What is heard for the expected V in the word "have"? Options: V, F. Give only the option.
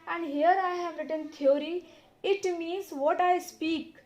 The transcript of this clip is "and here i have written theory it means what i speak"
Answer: V